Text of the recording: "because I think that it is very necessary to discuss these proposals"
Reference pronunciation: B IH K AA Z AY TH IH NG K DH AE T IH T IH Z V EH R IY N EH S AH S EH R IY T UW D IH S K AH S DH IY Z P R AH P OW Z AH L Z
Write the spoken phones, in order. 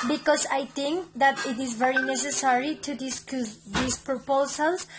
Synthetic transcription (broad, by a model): B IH K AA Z AY T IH NG K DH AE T IH T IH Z V EH R IY N EH S AH S EH R IY T UW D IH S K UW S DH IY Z P R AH P OW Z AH L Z